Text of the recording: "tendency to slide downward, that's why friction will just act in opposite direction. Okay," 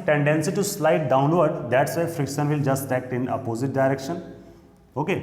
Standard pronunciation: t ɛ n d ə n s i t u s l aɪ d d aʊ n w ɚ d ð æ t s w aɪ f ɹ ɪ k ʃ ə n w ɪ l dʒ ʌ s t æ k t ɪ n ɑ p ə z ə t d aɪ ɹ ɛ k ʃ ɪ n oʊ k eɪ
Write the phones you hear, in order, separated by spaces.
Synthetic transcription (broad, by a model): t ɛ n d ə n s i t u s l aɪ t d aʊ n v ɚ d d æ t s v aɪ f ɹ ɪ k ʃ ə n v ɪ l dʒ ʌ s t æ k t ɪ n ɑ p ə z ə t d aɪ ɹ ɛ k ʃ ɪ n oʊ k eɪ